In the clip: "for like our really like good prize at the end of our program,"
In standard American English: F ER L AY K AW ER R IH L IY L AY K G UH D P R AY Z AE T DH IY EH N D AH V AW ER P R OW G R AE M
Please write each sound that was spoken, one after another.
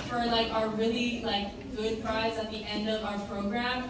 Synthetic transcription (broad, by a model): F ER L AY K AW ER R IH L IY L AY K G UH D P R AY Z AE T DH IY EH N D AH V AW ER P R OW G R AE M